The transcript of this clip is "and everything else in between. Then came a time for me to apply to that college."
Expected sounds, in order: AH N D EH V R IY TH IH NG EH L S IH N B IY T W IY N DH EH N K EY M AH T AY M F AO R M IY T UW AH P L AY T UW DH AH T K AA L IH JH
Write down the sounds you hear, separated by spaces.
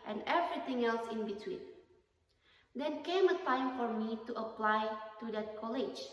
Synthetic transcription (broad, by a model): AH N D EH V R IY T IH NG EH L S IH N B IY T W IY N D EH N K EY M AH T AY M F AO R M IY T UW AH P L AY T UW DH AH T K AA L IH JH